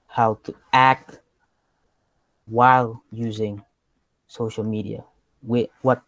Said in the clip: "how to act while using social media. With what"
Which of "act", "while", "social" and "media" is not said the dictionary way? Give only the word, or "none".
none